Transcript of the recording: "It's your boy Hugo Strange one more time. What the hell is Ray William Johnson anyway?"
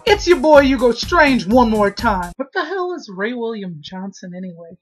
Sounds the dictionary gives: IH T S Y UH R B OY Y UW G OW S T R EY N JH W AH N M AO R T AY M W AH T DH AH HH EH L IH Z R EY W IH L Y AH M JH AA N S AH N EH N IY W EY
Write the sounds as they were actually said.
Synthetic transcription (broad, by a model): IH T S Y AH R B OY Y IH G OW S T R EY N JH W AH N M AO R T AY M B AH T DH AH HH EH L IH Z R EY W IH L Y AH M JH AA N S AH N EH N IY W EY